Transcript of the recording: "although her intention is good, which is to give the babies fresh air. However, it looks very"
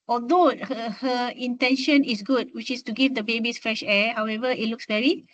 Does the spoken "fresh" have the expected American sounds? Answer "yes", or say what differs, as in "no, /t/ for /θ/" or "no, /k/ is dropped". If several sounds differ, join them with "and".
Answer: yes